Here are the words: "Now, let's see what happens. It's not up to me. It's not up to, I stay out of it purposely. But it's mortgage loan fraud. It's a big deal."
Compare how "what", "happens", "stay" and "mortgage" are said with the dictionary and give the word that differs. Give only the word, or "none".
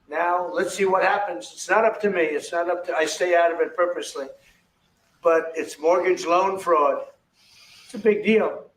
none